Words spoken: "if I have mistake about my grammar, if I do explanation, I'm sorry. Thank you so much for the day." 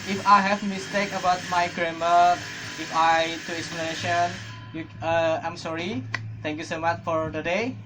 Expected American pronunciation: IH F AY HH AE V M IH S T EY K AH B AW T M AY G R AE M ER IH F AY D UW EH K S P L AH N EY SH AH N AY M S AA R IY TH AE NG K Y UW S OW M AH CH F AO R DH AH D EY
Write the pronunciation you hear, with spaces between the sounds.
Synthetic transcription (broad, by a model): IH F AY HH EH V M IH S T EY K AH B AW T M AY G R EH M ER IH F AY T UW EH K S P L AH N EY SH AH N AY M S AA R IY T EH NG K Y UW S OW M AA CH F AO R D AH D EY